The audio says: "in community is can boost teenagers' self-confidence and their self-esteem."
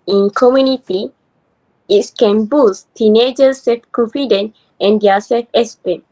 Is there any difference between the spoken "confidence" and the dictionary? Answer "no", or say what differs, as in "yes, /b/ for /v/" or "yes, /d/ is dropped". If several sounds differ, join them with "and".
yes, /s/ is dropped